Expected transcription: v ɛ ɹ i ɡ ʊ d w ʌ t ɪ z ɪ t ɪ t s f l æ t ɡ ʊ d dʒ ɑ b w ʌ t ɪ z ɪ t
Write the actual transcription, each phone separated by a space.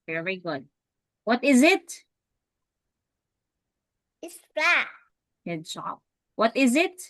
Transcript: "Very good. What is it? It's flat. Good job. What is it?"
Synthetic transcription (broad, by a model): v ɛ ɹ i ɡ ʊ d w ʌ t ɪ z ɪ t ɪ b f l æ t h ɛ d ʃ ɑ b w ʌ t ɪ z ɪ t